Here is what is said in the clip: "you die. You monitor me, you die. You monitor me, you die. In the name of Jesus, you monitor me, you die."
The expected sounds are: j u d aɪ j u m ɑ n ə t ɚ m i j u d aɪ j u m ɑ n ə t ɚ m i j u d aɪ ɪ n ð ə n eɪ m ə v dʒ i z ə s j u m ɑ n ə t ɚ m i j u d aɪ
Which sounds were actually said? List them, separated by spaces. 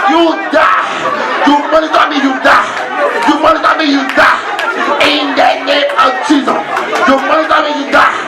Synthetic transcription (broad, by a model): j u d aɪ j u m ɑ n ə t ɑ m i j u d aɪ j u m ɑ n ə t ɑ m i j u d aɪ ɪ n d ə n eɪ ə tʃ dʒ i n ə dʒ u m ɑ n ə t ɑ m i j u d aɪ